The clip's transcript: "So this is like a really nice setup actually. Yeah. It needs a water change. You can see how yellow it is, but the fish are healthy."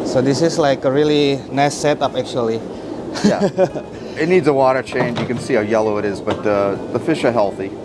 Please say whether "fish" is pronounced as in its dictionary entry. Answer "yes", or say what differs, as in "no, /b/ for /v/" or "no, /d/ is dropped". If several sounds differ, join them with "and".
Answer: yes